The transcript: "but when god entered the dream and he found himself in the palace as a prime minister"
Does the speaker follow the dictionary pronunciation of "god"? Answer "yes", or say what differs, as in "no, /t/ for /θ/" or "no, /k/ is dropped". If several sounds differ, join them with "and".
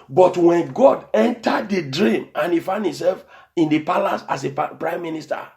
yes